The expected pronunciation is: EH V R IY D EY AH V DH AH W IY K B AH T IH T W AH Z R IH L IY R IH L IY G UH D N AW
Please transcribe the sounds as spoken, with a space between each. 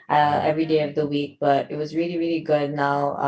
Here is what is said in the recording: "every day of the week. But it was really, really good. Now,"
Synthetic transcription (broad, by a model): EH V R IY D EY AH V DH AH W IY K B AH T IH T W AH Z R IH L IY R IH L IY G UH D N AW